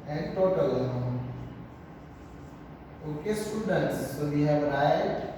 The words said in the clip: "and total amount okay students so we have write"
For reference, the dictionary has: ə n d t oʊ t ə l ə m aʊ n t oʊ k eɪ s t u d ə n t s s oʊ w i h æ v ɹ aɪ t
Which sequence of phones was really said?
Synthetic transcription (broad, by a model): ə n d t oʊ t ə l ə aʊ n oʊ k eɪ s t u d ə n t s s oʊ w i h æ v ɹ aɪ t